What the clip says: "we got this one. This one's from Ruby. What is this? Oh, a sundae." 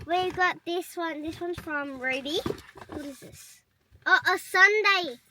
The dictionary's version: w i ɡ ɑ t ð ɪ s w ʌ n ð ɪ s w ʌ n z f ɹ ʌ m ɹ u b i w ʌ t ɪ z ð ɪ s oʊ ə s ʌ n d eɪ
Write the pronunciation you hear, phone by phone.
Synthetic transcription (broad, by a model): w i ɡ ɑ t ð ɪ s w ʌ n ð ɪ s w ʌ n f ɹ ʌ m ɹ u b i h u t ɪ z ð ɪ s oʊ ə s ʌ n d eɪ